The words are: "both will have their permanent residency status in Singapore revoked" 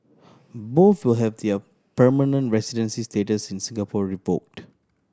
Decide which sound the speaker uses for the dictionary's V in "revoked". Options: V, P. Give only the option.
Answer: P